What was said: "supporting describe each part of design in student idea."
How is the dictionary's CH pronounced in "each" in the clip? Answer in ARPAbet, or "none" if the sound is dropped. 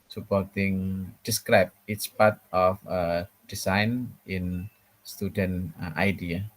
S